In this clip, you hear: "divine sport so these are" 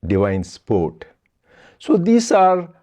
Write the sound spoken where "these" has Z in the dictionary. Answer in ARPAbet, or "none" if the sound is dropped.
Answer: S